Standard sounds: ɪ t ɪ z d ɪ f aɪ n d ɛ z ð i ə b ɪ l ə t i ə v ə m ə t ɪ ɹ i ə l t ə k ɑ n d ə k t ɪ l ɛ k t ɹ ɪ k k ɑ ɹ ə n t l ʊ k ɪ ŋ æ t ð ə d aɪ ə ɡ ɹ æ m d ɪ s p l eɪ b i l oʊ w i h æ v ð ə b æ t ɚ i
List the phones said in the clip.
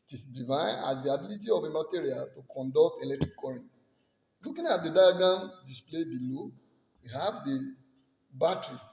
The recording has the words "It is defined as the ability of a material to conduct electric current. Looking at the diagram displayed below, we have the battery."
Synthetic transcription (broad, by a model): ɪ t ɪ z d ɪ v aɪ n ɑ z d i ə b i l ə t i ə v ə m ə t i ɹ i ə l t ə k ɑ n d ə k t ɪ l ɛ k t ɹ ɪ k k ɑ ɹ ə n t l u k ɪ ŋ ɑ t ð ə d aɪ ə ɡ ɑ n d ɪ s p l eɪ b i l oʊ w i h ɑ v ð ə b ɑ t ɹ i